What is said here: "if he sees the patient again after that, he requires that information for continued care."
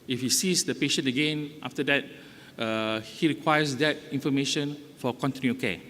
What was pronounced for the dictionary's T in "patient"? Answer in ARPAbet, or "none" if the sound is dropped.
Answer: none